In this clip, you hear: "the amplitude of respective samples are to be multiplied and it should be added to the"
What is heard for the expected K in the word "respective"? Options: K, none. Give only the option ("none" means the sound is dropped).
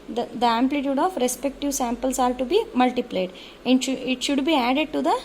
K